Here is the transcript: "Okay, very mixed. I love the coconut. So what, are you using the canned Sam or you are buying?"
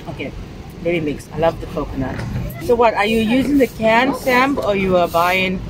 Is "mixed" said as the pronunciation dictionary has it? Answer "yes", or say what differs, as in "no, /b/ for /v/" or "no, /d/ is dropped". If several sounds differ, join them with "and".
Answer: no, /t/ is dropped